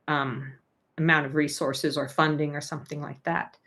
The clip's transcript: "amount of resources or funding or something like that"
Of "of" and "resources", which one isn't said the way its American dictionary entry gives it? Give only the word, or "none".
none